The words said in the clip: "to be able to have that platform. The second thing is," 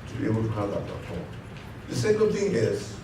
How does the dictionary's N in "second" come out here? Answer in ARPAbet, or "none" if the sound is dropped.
L